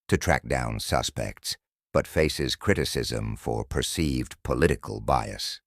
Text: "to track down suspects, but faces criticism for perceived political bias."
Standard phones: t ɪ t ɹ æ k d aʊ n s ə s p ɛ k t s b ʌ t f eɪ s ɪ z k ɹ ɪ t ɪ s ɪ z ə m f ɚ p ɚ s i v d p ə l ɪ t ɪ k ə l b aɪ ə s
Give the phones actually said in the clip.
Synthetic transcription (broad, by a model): t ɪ t ɹ æ k d aʊ n s ə s p ɛ k t s b ʌ t f eɪ s ɪ z k ɹ ɪ t ɪ s ɪ z ə m f ɚ p ɚ s i v d p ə l ɪ t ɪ k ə l b aɪ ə s